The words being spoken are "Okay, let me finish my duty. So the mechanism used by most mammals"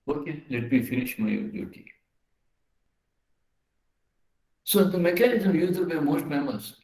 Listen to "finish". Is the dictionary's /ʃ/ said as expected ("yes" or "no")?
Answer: yes